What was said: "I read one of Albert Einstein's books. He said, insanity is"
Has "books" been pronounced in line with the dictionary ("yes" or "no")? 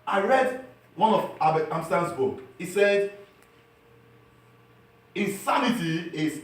no